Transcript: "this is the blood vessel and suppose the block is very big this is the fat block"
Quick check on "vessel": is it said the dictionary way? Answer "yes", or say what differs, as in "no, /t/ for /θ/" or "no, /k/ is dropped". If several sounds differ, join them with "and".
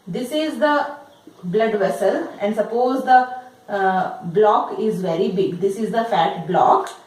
yes